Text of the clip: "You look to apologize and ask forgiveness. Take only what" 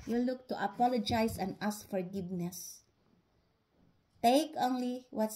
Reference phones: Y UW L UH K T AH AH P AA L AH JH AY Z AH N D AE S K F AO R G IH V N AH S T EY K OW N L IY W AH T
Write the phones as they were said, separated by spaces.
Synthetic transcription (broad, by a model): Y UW L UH K T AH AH P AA L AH JH AY S AH N D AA S K F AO R G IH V N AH S T EY K OW N L IY W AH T